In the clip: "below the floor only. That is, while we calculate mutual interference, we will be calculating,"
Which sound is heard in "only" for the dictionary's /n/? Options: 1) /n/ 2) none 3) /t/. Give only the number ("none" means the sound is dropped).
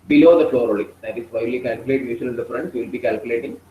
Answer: 2